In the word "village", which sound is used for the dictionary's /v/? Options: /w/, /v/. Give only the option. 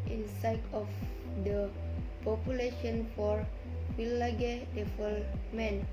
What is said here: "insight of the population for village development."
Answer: /w/